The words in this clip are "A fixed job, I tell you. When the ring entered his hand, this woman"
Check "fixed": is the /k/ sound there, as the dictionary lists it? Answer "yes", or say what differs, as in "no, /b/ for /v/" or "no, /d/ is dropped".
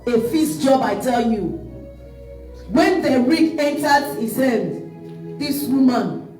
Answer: no, /k/ is dropped